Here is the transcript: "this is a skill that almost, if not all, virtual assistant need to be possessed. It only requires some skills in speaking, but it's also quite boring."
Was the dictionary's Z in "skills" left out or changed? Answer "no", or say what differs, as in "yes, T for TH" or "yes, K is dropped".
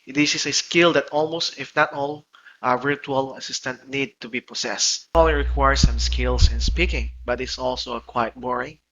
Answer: yes, S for Z